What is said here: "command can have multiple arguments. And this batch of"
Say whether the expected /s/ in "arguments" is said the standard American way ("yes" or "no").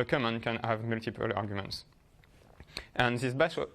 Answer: yes